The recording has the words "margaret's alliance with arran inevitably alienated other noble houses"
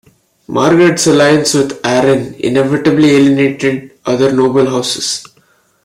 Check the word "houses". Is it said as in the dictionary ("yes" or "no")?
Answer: no